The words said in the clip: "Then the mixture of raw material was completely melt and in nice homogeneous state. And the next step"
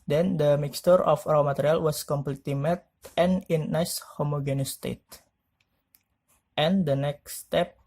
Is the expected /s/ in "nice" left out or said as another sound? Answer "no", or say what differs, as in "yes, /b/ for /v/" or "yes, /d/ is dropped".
no